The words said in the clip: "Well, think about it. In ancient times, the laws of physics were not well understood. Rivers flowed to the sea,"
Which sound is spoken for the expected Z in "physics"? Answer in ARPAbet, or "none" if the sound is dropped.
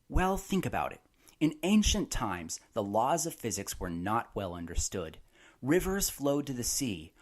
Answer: Z